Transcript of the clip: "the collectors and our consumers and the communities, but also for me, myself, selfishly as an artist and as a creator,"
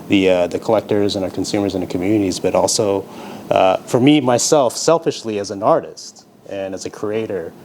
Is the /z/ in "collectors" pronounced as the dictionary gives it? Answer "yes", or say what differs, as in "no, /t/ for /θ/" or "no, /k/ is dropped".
yes